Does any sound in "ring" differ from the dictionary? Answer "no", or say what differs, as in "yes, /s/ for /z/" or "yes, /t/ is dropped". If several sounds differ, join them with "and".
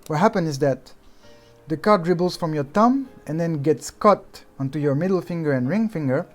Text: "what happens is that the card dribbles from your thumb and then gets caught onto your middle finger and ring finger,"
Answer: no